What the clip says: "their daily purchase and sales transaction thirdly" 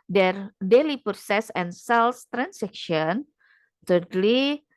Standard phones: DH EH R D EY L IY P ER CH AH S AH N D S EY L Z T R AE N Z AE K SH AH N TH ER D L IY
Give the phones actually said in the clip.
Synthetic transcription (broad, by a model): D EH R D EY L IY P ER S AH S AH N S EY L S T R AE N S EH K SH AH N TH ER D L IY